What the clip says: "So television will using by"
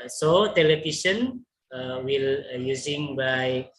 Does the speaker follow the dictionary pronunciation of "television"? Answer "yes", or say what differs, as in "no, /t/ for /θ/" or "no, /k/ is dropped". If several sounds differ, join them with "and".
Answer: no, /ʃ/ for /ʒ/